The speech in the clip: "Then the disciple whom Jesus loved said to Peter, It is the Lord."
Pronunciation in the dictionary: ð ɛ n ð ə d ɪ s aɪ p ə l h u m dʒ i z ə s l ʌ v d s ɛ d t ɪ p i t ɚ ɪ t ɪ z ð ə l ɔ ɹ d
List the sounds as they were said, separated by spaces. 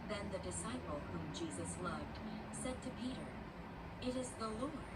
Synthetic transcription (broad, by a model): ð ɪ n ð ə d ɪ s aɪ p l h u m dʒ i z ə s l ʌ v d s ɛ d t ɪ p i t ɚ ɪ t ɪ z ð ə l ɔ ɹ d